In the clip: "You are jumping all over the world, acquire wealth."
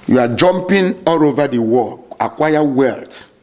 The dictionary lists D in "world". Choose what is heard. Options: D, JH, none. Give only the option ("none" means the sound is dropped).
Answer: none